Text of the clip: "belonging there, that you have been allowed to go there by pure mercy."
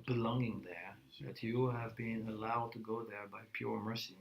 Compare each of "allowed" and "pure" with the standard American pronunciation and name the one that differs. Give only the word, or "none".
none